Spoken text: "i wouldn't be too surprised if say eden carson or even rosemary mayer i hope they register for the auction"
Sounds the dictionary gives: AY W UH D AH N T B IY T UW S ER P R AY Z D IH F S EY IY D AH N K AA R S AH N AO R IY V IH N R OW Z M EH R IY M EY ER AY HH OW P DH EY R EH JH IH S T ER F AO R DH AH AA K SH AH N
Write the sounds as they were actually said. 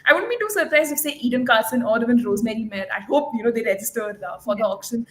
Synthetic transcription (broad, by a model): AY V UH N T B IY T UW S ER P R AY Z IH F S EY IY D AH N K AA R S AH N AO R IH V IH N R OW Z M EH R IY M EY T AY HH OW P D EY R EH JH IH S T ER F AO R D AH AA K SH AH N